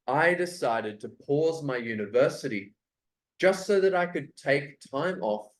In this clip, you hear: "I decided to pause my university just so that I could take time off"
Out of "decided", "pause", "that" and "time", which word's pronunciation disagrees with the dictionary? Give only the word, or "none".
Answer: none